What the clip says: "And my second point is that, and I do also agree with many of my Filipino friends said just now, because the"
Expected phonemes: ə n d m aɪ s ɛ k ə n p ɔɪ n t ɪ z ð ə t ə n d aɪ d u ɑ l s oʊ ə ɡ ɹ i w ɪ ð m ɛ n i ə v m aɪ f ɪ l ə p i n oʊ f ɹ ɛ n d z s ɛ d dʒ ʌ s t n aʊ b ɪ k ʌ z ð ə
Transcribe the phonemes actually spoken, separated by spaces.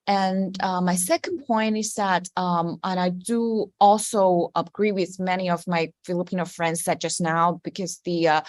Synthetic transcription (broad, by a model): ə n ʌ m aɪ s ɛ k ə n p ɔɪ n t ɪ z ð ə t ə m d aɪ d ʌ ɑ l s oʊ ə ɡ ɹ i w ɪ ð m ɛ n i ə v m aɪ f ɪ l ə p i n oʊ f ɹ ɛ n d z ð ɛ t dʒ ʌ s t n aʊ b ɪ k ʌ z ð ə